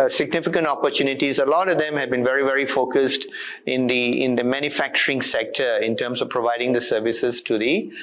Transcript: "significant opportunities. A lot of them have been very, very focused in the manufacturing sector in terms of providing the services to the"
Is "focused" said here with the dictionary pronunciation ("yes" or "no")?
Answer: yes